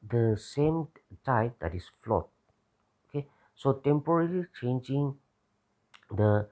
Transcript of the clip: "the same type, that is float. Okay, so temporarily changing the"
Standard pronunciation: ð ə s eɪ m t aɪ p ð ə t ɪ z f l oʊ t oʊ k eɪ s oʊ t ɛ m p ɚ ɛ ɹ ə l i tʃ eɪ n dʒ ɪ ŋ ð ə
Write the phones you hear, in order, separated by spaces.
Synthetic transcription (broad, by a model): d ə s eɪ m t aɪ p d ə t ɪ s f l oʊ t oʊ k eɪ s oʊ t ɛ m p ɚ ɹ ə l i tʃ eɪ n dʒ ɪ ŋ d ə